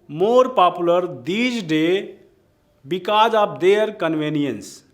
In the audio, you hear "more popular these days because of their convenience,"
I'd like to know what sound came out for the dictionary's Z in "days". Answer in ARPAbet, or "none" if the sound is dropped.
none